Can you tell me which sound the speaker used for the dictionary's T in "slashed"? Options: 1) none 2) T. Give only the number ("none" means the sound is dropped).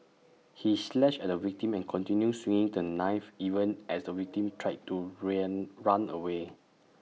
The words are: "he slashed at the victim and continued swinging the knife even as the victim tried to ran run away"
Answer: 1